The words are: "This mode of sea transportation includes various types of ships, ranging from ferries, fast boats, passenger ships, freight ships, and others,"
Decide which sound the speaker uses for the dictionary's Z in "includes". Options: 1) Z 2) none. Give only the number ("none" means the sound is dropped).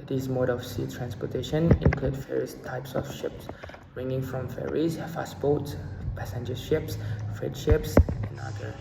2